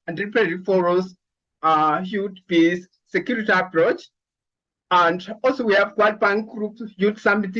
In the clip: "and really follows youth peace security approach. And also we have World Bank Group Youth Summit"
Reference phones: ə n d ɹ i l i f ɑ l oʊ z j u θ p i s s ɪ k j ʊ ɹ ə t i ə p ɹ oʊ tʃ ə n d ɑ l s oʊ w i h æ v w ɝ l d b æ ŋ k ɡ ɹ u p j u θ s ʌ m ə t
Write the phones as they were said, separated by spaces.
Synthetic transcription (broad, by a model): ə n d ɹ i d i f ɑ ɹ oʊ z j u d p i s s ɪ k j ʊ ɹ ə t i ə p ɹ oʊ tʃ ə n d ɑ l s oʊ w i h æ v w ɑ d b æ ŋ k ɡ ɹ u p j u t s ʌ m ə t